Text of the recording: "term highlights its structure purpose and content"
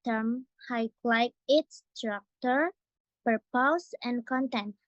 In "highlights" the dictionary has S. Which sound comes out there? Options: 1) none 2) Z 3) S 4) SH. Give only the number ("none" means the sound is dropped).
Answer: 1